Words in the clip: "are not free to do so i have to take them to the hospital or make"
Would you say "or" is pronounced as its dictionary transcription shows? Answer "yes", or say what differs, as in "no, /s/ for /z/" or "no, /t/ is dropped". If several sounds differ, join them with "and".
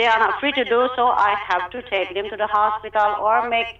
yes